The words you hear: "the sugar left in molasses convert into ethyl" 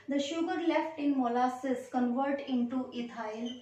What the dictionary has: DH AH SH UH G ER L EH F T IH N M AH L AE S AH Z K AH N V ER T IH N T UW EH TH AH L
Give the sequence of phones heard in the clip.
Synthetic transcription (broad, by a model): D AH SH UH G ER L EH F T IH N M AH L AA S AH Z K AH N V ER T IH N T UW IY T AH L